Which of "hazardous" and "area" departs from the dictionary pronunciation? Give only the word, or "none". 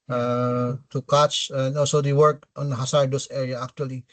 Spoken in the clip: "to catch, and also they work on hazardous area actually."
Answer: hazardous